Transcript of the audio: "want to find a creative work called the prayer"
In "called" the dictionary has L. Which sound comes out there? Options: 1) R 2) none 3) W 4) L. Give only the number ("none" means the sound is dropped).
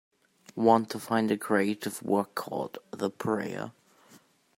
2